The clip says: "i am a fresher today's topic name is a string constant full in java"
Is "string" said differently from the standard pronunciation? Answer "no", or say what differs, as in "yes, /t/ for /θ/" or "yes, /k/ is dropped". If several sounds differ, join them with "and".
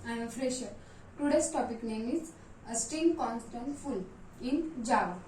yes, /ɹ/ is dropped